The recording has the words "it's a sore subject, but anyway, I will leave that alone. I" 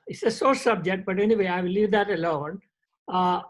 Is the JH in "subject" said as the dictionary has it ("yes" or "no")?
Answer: yes